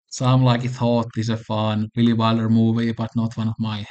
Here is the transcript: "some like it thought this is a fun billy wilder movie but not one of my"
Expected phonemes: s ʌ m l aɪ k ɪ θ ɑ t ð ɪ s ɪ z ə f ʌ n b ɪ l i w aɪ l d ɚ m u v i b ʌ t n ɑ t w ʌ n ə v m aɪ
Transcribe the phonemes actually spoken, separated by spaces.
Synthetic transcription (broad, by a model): s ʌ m l aɪ k ɪ θ ɑ t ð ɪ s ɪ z ə f ʌ n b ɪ l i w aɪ l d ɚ m u v i b ʌ t n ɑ t w ʌ n ə v m aɪ